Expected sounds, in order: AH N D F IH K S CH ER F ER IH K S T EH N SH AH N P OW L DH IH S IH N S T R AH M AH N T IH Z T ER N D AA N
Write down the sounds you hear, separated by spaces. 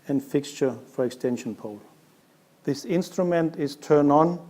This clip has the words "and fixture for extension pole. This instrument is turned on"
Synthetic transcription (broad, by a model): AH N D F IH K S CH ER F ER IH K S T EH N SH AH N P OW L DH IH S IH N S T R AH M AH N T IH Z T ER N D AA N